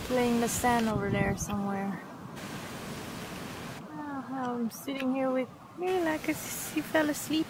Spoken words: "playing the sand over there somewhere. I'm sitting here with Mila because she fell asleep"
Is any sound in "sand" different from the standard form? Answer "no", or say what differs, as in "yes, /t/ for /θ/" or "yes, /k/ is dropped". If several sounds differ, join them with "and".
yes, /d/ is dropped